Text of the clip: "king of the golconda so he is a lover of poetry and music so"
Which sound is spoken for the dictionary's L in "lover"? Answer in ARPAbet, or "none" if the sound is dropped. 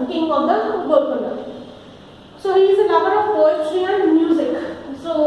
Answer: N